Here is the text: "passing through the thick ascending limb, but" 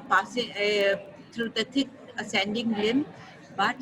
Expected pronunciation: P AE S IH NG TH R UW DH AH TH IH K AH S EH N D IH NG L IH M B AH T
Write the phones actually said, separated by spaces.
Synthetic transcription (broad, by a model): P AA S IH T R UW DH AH T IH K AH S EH N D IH NG L IH M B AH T